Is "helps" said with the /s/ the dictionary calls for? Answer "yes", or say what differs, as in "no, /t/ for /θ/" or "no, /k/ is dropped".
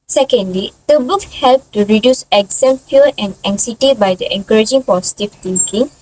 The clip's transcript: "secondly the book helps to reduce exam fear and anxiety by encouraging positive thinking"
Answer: no, /s/ is dropped